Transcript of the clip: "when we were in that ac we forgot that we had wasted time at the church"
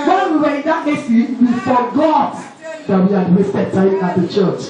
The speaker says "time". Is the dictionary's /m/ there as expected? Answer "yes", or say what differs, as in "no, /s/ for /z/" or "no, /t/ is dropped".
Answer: no, /m/ is dropped